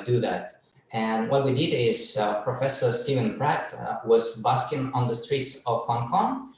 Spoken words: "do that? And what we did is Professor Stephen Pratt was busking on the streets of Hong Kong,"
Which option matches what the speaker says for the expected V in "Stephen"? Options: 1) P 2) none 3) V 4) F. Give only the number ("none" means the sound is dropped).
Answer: 3